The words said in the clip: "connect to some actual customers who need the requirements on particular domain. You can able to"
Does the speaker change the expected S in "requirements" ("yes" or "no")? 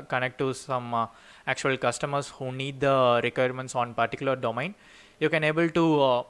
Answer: no